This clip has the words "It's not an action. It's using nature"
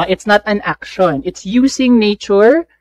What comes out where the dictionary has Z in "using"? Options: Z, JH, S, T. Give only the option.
S